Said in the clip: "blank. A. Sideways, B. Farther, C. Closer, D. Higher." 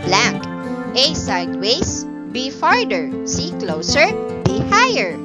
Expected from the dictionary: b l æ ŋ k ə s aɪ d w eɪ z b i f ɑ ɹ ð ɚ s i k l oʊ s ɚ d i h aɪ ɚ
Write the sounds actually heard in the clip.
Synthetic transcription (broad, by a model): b l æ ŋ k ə s aɪ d w eɪ s b i f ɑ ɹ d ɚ s i k l oʊ s ɚ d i h aɪ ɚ